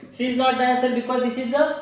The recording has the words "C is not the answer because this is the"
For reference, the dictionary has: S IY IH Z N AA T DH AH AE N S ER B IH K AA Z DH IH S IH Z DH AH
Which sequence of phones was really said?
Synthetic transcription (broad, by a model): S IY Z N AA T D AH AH S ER B IH K AA Z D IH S IH Z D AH